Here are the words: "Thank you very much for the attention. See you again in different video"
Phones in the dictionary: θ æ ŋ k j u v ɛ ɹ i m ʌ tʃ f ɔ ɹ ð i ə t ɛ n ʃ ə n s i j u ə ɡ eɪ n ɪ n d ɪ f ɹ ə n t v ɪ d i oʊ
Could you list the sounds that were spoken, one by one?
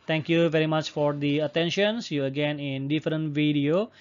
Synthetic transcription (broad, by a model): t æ ŋ k j u v ɛ ɹ i m ʌ tʃ f ɔ ɹ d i ə t ɛ n ʃ ə n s j u ə ɡ eɪ n ɪ n d ɪ f ɹ ə n t v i d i oʊ